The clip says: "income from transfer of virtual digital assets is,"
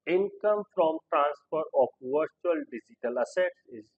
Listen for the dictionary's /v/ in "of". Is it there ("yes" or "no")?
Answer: no